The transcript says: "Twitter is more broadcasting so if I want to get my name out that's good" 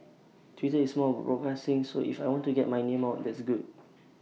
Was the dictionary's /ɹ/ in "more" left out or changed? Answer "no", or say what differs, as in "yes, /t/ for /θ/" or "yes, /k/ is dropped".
yes, /l/ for /ɹ/